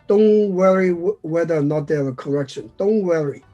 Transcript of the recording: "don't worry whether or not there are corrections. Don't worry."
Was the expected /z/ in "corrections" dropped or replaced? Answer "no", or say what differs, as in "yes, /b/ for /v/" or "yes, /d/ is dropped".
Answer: yes, /z/ is dropped